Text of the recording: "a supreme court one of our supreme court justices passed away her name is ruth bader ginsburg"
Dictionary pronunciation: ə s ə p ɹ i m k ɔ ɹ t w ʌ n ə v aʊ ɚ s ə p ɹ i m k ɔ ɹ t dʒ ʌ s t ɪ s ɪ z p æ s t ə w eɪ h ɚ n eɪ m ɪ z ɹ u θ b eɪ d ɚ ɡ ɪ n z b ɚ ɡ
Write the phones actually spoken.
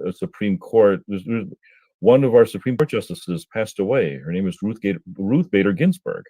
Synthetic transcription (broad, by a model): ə s ə p ɹ i m k ɔ ɹ t w ʌ n ə v aʊ ɚ s ə p ɹ i m k ɔ ɹ t dʒ ʌ s t ɪ s ɪ z p æ s t ə w eɪ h ɚ n eɪ m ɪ z ɹ u θ b eɪ d ɚ ɡ ɪ n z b ɚ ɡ